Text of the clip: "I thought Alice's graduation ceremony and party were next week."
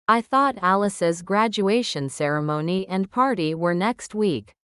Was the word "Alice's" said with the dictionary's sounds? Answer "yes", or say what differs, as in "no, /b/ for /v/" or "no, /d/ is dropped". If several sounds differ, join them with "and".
yes